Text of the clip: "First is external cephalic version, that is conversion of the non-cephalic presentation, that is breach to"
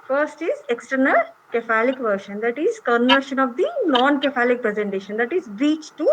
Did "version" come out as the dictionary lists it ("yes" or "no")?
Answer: no